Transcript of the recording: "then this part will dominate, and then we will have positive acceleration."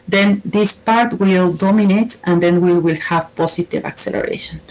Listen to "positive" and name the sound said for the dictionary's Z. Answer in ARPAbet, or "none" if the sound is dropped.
S